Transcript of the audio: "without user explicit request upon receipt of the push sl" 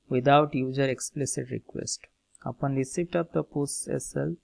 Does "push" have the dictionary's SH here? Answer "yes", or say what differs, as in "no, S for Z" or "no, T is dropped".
no, S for SH